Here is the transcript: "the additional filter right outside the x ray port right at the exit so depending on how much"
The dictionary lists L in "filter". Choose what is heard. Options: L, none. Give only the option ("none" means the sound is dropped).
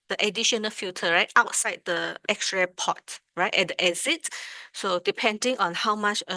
none